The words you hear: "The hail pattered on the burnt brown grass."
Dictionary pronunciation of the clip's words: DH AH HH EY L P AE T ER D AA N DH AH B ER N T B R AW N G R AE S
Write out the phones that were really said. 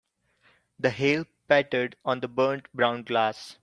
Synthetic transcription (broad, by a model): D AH HH EY L P AE T ER D AA N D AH B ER N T B R AW N G L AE S